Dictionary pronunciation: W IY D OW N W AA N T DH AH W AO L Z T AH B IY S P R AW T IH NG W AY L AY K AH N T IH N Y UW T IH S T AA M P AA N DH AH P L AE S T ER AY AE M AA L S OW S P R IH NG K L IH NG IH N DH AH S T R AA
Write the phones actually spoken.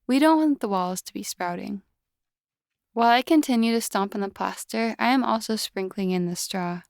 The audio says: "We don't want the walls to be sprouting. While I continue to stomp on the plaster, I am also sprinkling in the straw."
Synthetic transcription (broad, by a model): W IY D OW N W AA N DH AH W AO L Z T AH B IY S P R AW T IH NG W AY L AY K AH N T IH N Y UW T IH S T AA M P N DH AH P L AE S T ER AY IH M AA L S OW S P R IH NG K L IH NG IH N DH AH S T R AA